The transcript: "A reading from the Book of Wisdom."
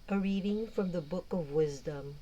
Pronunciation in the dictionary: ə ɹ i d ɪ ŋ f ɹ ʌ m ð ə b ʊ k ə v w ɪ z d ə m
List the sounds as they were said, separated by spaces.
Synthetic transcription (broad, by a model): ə ɹ i d ɪ ŋ f ɹ ʌ m ð ə b ʊ k ə v w ɪ z d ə m